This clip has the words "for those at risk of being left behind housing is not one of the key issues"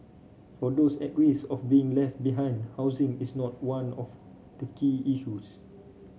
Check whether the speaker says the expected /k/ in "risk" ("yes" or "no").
no